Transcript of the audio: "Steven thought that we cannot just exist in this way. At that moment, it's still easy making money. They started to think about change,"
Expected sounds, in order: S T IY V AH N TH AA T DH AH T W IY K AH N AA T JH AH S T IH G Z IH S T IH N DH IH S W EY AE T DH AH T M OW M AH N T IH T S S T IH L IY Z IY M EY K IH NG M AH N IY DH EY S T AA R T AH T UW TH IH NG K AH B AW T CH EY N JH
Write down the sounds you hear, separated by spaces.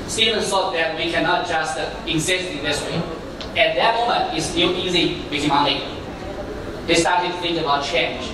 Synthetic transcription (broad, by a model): S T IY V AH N S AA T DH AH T W IY K AH N AA T JH AH S T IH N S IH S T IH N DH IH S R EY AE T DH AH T M OW M AH N T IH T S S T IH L IY Z IY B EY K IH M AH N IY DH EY S T AA R T AH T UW TH IH NG K AH B AW T CH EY N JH